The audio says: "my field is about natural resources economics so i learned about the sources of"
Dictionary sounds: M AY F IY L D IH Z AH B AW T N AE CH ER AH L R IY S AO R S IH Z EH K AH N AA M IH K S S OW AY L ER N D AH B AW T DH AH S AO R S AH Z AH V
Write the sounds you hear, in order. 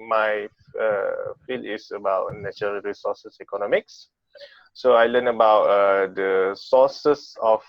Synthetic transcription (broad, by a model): M AY F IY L IH S AH B AW T N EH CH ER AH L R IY S AO S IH S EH K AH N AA M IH K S S OW AY L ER N AH B AW T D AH S AO S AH S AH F